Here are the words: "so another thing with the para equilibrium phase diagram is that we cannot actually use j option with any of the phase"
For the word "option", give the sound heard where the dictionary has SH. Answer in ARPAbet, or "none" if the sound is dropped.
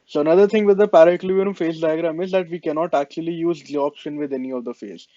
SH